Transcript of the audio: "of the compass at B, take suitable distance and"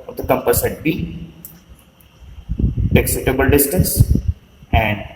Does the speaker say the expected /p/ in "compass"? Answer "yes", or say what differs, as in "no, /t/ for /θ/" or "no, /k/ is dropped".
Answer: yes